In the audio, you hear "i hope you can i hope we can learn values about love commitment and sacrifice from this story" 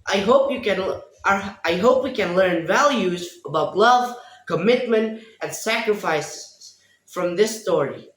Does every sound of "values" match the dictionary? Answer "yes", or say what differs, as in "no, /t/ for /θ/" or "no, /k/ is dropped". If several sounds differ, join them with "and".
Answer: yes